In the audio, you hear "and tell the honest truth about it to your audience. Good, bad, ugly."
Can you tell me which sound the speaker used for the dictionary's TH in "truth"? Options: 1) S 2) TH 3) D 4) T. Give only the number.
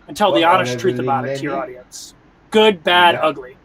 2